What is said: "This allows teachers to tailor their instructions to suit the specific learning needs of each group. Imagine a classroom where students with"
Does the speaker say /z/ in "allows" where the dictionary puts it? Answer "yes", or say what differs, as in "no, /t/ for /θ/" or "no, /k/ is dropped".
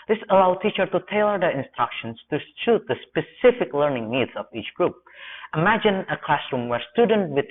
no, /z/ is dropped